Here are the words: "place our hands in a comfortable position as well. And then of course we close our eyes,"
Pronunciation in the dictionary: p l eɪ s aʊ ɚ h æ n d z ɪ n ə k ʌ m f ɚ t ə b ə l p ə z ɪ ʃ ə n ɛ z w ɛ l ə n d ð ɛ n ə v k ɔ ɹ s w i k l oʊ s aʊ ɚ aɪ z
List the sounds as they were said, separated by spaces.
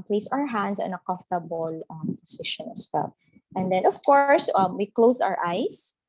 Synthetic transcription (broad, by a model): p l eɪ s aʊ ɚ h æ n d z ɪ n ə k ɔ f t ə b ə l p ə s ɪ ʃ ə n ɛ s w ɛ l ə n d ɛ n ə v k ɔ ɹ s w i k l oʊ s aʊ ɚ aɪ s